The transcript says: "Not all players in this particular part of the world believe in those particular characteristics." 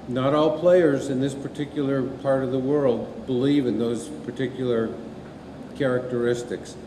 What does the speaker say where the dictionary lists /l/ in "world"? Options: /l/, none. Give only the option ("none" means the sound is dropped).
/l/